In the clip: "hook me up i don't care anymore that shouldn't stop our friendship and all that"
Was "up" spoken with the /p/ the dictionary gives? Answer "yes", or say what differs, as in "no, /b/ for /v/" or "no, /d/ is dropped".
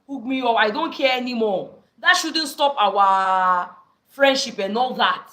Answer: no, /f/ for /p/